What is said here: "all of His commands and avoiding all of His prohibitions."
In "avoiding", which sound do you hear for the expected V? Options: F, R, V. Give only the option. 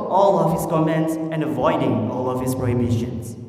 V